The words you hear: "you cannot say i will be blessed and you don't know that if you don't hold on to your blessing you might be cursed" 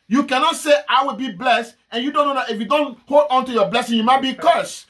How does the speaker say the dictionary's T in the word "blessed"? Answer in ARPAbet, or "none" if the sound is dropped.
T